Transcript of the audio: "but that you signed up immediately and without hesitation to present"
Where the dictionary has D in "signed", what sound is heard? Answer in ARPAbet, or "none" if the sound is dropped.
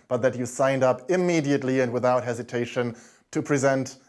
D